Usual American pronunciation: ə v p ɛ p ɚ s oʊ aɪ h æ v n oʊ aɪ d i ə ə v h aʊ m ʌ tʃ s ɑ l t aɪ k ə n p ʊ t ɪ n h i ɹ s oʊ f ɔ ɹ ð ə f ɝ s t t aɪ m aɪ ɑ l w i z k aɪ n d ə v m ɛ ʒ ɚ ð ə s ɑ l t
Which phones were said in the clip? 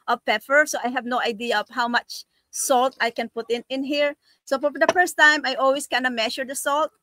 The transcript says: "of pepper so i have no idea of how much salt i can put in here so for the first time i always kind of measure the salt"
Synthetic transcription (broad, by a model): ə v p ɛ f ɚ s oʊ aɪ h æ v n oʊ aɪ d i ə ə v h aʊ m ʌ tʃ s ɑ l t aɪ k ə n p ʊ t ɪ n h i ɹ s oʊ f ɔ ɹ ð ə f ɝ s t t aɪ m aɪ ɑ l w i s k aɪ n d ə m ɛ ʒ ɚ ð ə s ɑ l t